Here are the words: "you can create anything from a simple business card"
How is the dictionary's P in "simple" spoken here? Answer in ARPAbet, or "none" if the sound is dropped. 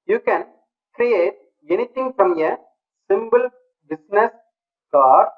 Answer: B